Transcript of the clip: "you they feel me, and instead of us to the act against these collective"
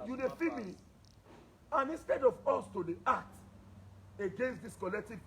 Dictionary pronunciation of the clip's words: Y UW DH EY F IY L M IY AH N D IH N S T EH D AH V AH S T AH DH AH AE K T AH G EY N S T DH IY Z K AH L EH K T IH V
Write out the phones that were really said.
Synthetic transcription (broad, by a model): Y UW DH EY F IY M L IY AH N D IH N S T EH D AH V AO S T AH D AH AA T AH G EY N S T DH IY S K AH L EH K T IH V